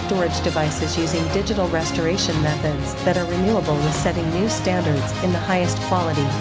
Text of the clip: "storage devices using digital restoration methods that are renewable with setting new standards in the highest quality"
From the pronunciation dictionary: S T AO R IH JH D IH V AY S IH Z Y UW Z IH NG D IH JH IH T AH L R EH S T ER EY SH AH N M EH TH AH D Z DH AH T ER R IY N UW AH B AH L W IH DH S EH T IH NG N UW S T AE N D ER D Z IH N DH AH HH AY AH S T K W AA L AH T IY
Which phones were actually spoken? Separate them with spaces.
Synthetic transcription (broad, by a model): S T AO R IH JH D IH V AY S IH Z Y UW Z IH NG D IH JH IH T L R EH S T ER EY SH AH N M EH TH AH D Z DH AH T ER R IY N UW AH B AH L W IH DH S EH T IH NG N UW S T AE N D ER D Z IH N DH AH HH AY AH S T K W AA L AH T IY